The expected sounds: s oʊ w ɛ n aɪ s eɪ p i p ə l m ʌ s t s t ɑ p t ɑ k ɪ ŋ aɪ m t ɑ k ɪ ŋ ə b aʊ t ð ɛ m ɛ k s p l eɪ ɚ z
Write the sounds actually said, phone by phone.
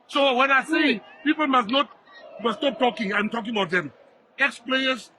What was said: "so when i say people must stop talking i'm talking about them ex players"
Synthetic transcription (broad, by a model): s oʊ w ɛ n aɪ s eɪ p i p ə l m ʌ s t s t ɑ p t ɑ k ɪ ŋ aɪ m t ɑ k ɪ ŋ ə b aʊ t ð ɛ m ɛ k s p l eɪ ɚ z